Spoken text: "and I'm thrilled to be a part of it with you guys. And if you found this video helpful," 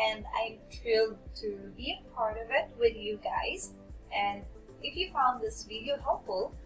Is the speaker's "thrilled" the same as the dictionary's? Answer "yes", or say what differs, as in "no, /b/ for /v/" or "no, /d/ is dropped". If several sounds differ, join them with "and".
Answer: no, /t/ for /θ/